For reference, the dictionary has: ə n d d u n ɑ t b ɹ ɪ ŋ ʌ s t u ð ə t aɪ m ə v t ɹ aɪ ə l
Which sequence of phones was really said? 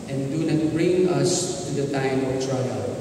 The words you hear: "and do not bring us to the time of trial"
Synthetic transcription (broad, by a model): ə n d d u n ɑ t b ɹ ɪ ŋ ʌ s t u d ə t aɪ m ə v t ɹ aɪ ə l